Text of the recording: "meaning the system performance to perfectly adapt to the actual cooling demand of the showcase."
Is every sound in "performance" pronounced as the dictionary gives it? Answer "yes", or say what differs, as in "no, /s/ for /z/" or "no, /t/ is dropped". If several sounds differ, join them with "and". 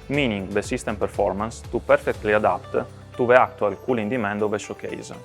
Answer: yes